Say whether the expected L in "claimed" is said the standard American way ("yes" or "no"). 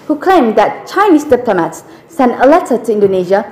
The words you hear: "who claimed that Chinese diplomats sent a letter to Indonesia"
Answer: no